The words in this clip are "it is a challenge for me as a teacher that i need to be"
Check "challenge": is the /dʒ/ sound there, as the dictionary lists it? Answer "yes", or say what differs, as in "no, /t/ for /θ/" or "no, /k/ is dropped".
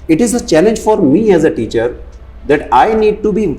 yes